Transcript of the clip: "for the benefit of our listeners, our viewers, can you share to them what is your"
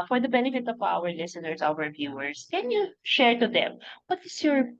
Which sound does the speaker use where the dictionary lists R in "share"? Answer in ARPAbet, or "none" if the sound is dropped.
R